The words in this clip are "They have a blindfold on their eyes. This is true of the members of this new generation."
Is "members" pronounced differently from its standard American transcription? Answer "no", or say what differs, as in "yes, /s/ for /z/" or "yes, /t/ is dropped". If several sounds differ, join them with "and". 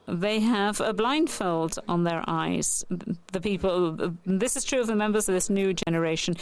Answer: no